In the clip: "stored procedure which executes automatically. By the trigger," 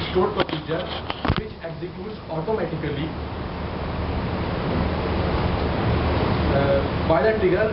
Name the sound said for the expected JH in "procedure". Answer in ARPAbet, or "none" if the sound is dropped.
JH